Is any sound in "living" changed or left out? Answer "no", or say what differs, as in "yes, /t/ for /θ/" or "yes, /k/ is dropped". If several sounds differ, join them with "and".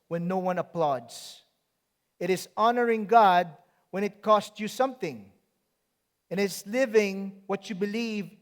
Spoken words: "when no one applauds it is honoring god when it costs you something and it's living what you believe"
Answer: no